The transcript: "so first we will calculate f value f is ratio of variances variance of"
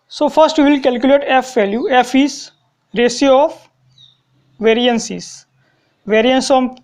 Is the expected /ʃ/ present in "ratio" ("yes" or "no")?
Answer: no